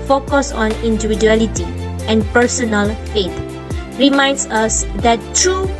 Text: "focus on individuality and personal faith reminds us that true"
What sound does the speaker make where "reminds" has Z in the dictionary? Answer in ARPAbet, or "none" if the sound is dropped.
S